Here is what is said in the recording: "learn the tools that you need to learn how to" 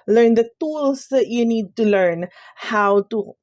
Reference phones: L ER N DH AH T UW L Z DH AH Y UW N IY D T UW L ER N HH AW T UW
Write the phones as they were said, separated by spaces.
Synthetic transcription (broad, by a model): L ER N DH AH T UW L S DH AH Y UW N IY D T UW L ER N HH AW T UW